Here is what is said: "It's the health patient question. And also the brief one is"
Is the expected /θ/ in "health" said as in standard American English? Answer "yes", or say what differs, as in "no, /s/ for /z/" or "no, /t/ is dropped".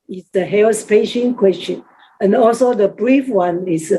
no, /s/ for /θ/